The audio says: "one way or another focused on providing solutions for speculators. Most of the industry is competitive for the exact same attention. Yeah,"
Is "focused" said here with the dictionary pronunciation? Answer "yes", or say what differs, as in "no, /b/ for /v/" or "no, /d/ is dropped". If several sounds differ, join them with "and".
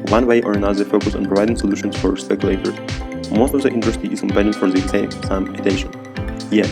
no, /t/ is dropped